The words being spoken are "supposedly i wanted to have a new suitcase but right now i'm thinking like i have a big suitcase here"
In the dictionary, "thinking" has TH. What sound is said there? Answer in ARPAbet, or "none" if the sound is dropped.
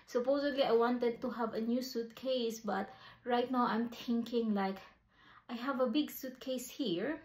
T